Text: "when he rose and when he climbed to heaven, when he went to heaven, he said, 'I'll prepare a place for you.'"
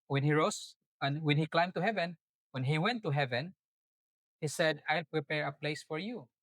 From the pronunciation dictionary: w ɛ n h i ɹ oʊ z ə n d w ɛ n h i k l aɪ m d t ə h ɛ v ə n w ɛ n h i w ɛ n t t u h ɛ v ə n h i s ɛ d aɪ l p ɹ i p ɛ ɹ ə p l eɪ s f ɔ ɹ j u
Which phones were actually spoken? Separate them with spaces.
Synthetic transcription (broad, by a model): w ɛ n h i ɹ oʊ s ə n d w ɛ n h i k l aɪ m t ə h ɛ v ə n w ɛ n h i w ɛ n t t u h ɛ v ə n h i s ɛ d aɪ l p ɹ i p ɛ ɹ ə p l eɪ s f ɔ ɹ j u